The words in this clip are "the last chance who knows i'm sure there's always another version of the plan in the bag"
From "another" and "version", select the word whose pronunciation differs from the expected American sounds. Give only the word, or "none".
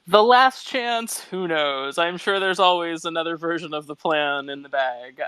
none